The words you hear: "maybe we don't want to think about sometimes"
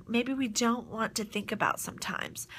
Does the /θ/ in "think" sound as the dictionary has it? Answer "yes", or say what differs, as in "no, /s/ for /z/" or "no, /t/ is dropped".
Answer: yes